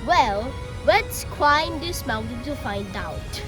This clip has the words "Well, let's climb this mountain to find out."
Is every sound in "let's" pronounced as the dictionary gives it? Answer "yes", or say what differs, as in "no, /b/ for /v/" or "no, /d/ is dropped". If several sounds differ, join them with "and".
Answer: no, /w/ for /l/